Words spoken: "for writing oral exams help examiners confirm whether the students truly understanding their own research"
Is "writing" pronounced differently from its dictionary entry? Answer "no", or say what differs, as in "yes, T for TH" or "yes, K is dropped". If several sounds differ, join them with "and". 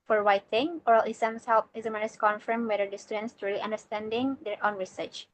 yes, W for R